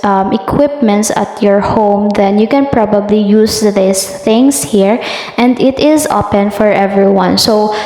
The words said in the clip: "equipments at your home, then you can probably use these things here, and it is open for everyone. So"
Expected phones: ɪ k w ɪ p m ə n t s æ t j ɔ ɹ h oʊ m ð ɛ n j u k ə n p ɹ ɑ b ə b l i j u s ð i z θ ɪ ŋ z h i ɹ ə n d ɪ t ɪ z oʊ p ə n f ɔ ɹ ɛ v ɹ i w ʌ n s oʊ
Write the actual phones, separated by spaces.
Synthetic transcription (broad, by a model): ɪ k w ɪ p m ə n t s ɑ t j ɔ ɹ h oʊ m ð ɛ n j u k ə n p ɹ ɑ b ə b l i j u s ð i s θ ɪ ŋ s h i ɹ ə n d ɪ t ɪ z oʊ p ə n f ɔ ɹ ɛ v ɹ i w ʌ n s oʊ